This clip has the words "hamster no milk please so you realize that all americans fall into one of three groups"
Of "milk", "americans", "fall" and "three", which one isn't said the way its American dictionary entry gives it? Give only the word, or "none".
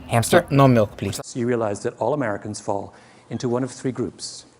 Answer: none